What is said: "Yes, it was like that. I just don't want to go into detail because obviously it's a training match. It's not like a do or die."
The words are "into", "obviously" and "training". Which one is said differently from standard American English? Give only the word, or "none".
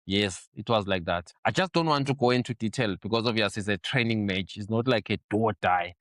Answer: obviously